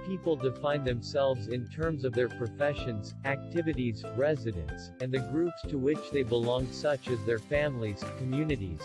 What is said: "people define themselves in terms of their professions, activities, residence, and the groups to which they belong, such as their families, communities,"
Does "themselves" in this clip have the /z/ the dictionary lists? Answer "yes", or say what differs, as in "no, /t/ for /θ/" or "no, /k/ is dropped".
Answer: yes